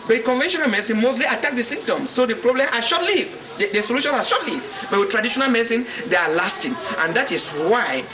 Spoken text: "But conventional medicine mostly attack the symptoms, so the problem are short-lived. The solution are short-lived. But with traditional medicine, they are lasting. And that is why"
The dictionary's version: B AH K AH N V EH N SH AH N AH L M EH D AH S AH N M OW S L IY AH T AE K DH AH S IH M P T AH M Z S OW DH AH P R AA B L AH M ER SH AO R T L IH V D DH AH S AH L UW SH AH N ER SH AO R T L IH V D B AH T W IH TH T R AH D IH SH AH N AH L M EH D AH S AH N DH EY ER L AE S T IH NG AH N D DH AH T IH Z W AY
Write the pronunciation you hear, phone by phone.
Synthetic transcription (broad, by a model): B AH K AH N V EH N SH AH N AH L M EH S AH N M OW S L IY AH T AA K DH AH S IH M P T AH M S OW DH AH P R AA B L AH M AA SH AO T L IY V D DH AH S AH L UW SH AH N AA SH AO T L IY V B AH T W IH T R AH D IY SH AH N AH L M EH S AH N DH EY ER L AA S T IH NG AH N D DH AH T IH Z W AY